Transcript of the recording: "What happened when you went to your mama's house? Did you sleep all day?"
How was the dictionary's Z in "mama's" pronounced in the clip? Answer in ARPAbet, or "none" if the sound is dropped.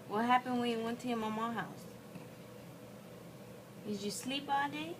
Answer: none